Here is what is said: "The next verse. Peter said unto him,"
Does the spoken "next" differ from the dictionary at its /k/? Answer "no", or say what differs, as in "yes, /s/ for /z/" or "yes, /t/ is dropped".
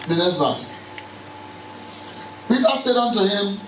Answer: yes, /k/ is dropped